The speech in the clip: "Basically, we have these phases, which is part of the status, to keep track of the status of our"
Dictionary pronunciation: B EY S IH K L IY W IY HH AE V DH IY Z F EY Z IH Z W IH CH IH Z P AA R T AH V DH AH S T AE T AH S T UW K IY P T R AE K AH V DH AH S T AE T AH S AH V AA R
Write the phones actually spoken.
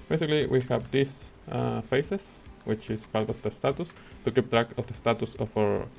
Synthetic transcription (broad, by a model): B EY S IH K L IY W IY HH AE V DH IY S F EY S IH S W IH CH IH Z P AA R T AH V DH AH S T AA T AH S T UW K IY P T R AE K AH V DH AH S T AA T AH S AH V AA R